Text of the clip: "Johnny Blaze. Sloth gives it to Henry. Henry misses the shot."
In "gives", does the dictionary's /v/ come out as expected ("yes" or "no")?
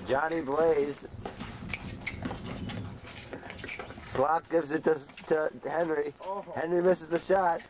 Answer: yes